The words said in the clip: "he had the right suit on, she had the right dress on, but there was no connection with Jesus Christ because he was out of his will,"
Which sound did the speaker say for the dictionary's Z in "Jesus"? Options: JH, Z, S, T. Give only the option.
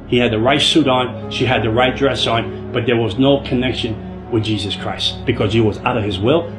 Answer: Z